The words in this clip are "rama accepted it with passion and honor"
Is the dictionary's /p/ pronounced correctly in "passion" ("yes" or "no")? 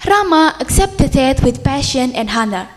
yes